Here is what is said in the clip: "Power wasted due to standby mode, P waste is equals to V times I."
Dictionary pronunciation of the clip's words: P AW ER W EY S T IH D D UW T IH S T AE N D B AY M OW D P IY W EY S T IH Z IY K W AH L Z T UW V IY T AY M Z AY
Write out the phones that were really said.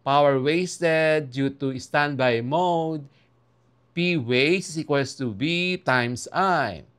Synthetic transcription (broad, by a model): P AW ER W EY S T IH D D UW T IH S T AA N D B AY M OW D P IY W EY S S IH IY K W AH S T UW B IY T AY M S AY